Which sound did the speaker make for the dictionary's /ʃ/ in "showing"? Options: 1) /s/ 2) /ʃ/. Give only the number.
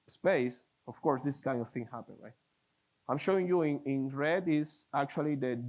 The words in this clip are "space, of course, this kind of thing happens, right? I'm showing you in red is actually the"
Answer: 2